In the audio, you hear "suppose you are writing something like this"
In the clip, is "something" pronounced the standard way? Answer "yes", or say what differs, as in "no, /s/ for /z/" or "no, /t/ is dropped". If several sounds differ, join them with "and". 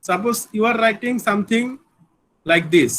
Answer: no, /t/ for /θ/